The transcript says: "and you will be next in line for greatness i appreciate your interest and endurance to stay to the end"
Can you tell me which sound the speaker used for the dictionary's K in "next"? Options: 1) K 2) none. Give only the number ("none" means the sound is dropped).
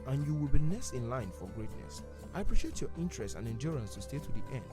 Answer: 2